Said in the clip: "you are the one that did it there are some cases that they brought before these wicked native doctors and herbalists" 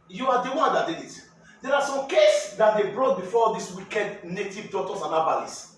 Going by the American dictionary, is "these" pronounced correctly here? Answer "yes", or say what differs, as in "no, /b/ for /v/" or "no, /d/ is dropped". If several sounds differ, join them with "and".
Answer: no, /s/ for /z/